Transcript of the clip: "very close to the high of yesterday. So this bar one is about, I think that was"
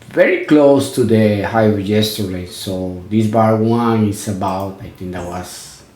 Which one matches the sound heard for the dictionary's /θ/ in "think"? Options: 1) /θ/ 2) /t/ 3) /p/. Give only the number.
2